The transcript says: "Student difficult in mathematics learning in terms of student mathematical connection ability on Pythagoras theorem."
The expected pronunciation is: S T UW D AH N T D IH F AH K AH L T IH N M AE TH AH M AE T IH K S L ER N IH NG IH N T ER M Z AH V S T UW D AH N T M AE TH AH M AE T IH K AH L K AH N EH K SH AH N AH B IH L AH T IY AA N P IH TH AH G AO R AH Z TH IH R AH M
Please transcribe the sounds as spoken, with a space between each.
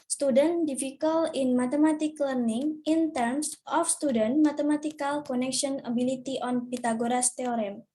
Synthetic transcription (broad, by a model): S T UW D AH N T D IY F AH K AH L IH N M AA T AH M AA T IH K L ER N IH NG IH N T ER M S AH F S T UW D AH N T M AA T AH M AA T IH K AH L K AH N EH K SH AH N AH B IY L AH T IY AA N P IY T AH G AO R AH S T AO R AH M